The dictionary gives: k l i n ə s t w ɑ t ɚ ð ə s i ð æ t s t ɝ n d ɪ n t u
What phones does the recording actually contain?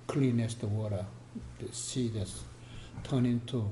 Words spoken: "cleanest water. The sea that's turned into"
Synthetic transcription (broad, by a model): k l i n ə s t w ɑ t ɚ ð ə s i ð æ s t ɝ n ɪ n t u